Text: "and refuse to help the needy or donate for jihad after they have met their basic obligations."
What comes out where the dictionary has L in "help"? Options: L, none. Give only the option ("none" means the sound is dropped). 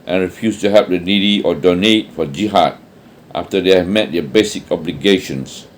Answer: none